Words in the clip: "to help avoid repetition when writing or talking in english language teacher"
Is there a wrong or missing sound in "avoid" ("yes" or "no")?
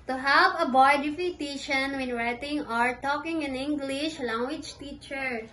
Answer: yes